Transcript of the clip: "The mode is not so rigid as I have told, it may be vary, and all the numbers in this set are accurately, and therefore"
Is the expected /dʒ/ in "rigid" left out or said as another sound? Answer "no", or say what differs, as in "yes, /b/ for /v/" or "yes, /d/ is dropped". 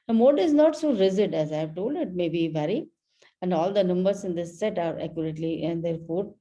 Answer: yes, /z/ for /dʒ/